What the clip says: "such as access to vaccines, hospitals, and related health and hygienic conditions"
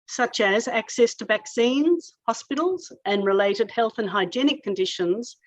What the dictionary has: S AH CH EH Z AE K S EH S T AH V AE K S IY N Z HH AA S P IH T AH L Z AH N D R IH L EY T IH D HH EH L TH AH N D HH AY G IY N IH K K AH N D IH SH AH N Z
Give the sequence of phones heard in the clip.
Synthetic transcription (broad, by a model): S AH CH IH Z AE K S EH S T AH V AE K S IY N Z HH AA S P IH T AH L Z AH N R IH L EY T IH D HH EH L TH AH N HH AY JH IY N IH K K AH N D IH SH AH N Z